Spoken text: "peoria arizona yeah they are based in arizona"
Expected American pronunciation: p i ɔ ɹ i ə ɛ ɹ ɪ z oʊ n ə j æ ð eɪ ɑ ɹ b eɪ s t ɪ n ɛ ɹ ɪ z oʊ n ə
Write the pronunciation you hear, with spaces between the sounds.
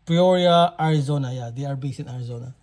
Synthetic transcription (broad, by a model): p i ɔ ɹ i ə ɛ ɹ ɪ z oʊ n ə j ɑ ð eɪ ɑ ɹ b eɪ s ɪ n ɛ ɹ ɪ z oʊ n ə